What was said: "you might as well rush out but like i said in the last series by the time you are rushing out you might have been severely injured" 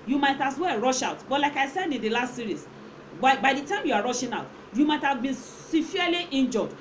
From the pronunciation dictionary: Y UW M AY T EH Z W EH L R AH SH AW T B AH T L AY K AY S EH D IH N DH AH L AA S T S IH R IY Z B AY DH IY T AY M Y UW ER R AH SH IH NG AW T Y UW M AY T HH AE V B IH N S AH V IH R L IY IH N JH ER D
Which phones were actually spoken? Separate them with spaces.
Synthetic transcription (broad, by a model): Y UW M AY T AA S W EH R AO SH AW T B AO T L AY K AY S EH D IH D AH L AA S T S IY R IY S B AY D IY T AY M Y UW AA R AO SH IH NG AW T Y UW M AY T HH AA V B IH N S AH F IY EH L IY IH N JH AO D